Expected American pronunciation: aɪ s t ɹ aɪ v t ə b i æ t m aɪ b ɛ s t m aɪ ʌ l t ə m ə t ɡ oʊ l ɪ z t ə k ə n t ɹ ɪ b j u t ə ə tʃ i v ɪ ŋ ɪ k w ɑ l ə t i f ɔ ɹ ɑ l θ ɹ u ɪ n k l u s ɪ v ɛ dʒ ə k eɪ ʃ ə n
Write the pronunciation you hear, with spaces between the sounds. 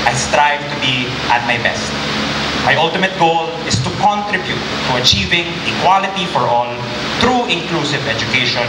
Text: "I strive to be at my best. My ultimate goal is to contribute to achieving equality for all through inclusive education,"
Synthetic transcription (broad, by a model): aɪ s t ɹ aɪ v t ə b i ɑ t m aɪ b ɛ s t m aɪ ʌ l t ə m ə t ɡ oʊ l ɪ s t ə k ə n t ɹ ɪ b j u t ə ə tʃ i v ɪ ŋ ɪ k w ɑ l ə t i f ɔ ɹ ɑ l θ ɹ u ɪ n k l u s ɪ v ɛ dʒ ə k eɪ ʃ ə n